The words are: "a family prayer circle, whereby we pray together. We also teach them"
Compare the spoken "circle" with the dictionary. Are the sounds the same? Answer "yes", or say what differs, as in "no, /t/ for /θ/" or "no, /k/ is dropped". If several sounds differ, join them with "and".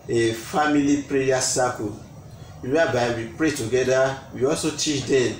no, /w/ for /l/